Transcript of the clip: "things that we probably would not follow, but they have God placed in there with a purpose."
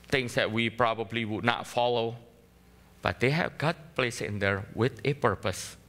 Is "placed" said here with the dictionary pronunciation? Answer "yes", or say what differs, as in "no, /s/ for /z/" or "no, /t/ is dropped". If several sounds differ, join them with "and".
no, /t/ is dropped